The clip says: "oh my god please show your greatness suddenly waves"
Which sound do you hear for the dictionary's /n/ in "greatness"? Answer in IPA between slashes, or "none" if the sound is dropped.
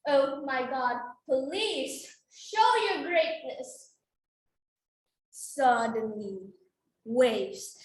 /n/